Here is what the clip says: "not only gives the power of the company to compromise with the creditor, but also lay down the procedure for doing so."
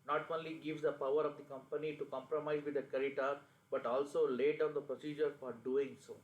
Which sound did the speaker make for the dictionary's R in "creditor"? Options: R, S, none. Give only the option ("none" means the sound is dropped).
none